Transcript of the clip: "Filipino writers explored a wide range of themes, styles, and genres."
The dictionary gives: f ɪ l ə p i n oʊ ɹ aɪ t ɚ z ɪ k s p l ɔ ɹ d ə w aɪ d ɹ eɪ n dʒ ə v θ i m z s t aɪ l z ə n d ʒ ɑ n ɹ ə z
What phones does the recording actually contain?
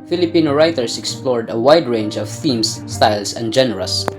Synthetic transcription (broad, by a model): f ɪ l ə p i n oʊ ɹ aɪ t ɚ s ɪ k s p l ɔ ɹ d ə w aɪ d ɹ eɪ n dʒ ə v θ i m s t aɪ l s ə n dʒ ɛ n ɹ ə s